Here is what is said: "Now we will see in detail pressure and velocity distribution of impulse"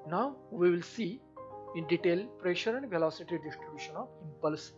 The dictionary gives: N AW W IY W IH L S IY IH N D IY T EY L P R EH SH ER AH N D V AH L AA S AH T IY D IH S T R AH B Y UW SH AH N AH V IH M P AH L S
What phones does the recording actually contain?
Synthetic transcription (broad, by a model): N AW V IY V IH L S IY IH N D IY T EY L P R EH SH ER AH N D V AH L AA S AH T IY D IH S T R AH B Y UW SH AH N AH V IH M P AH L S